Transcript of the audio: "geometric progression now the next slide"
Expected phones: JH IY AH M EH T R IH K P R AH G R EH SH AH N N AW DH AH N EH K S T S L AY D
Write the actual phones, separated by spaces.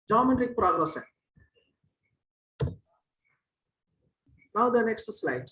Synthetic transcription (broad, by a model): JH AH M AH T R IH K P R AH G R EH S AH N N AW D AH N EH K S T S L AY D